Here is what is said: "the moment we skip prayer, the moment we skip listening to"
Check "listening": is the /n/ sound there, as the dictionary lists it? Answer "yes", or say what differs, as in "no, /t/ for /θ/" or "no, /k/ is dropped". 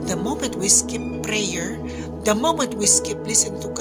no, /n/ is dropped